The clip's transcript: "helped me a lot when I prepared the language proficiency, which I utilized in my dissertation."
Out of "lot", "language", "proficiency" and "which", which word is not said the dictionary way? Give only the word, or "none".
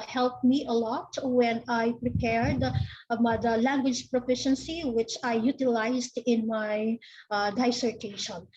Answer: none